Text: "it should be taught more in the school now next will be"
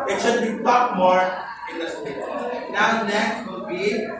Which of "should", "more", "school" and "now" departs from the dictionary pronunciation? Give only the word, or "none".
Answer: school